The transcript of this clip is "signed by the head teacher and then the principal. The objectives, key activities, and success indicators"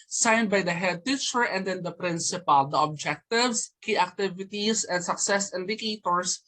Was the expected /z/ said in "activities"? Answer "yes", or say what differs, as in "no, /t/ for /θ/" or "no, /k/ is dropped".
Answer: no, /s/ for /z/